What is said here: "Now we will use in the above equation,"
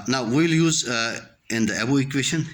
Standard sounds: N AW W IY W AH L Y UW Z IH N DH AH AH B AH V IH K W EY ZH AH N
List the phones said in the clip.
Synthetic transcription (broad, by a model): N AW W IY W L Y UW Z IH N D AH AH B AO IH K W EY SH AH N